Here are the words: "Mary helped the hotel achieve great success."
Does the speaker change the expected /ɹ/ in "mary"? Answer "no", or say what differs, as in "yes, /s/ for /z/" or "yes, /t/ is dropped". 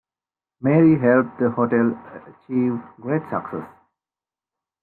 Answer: no